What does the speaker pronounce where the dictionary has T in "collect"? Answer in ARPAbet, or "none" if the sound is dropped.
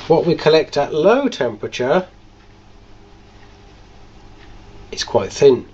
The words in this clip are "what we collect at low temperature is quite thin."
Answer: T